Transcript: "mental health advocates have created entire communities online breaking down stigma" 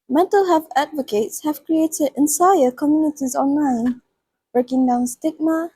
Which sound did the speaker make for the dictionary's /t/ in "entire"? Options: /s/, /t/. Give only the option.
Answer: /s/